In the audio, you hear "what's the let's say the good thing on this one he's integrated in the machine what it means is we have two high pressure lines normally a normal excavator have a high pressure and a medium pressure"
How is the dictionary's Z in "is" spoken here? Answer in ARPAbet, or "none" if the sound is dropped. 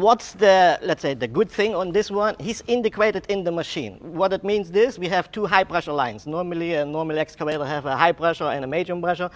S